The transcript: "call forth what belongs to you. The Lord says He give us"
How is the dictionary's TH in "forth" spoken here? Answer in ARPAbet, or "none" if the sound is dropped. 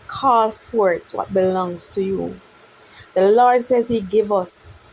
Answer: T